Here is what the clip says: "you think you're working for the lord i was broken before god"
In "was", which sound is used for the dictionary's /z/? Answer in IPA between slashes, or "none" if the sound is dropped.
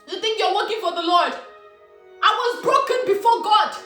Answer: /z/